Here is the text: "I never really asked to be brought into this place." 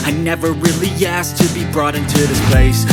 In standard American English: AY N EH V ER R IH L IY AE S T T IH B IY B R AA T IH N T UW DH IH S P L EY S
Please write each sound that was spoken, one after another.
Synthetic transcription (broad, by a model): AY N EH V ER R IH L IY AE S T T IH B IY B R AA T IH N T UW DH IH S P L EY S